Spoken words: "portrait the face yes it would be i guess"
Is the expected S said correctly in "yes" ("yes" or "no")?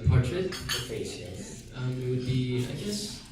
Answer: no